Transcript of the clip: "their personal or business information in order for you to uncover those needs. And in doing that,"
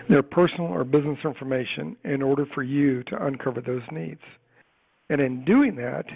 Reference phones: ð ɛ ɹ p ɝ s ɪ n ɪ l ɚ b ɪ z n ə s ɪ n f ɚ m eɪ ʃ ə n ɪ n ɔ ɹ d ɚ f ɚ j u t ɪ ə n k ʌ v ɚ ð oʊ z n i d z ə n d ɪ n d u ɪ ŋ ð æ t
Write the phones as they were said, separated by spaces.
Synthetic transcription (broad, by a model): ð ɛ ɹ p ɝ s n l ɚ b ɪ z n ə s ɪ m f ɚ m eɪ ʃ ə n ɪ n ɔ ɹ d ɚ f ɚ j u t ɪ ə n k ʌ v ɚ ð oʊ z n i d z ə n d ɪ n d u ɪ ŋ ð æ t